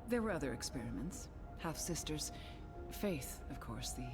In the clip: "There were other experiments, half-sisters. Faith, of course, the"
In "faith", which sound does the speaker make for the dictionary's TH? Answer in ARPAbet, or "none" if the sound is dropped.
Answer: TH